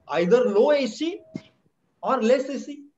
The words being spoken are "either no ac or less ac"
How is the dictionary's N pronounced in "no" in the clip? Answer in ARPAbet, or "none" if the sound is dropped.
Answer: L